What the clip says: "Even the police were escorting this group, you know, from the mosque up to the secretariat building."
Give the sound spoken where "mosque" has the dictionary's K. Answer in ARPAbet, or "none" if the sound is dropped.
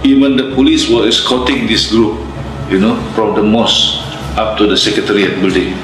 none